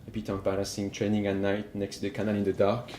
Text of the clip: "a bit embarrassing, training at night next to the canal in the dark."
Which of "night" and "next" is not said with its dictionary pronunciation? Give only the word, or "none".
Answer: none